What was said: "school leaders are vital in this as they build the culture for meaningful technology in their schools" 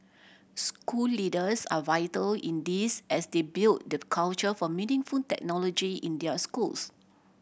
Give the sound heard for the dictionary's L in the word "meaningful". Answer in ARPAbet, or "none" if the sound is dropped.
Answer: N